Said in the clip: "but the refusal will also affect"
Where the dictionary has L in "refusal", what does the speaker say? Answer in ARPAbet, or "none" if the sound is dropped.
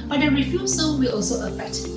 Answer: N